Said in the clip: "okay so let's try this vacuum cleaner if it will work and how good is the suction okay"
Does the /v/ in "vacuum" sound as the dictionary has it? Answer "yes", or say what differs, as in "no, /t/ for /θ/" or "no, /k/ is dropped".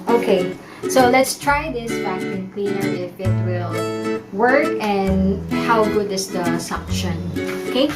no, /b/ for /v/